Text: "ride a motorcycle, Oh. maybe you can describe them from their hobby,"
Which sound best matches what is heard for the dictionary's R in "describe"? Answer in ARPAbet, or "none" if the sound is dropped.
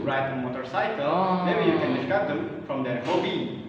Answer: none